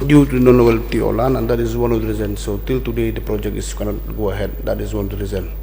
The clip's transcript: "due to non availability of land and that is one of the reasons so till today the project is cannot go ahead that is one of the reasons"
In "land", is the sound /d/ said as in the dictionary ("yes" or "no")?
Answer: no